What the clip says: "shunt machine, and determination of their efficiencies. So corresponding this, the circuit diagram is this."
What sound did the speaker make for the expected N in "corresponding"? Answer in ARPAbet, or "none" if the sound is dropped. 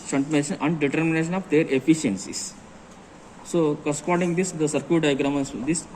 none